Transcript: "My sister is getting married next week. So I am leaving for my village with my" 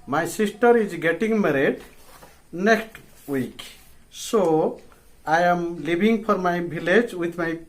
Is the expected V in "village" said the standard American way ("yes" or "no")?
no